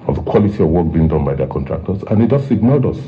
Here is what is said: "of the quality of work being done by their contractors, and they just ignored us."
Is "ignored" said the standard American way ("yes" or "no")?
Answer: no